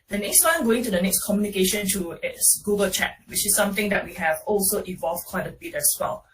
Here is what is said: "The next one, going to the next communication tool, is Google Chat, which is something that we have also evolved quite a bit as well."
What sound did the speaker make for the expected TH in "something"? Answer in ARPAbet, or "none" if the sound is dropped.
T